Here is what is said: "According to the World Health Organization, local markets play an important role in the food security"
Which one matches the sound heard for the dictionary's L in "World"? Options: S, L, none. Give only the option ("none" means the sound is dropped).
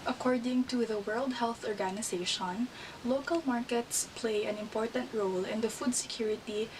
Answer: L